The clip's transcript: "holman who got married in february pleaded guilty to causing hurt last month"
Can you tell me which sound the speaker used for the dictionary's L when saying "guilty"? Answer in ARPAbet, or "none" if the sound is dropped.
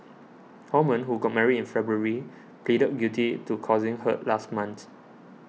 none